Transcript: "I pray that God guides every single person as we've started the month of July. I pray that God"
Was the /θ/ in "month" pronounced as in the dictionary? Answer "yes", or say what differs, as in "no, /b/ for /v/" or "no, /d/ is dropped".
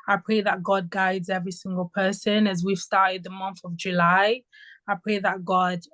yes